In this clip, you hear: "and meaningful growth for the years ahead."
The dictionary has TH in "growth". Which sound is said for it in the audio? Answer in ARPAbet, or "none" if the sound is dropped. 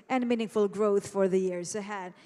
TH